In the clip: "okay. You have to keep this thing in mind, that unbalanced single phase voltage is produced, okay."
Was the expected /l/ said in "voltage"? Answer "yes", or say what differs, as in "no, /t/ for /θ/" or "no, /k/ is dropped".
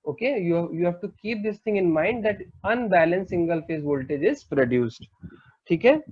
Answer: yes